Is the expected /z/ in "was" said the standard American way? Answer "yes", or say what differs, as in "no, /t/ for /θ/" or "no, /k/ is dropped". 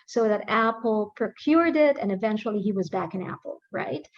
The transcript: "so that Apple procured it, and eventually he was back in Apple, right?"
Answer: yes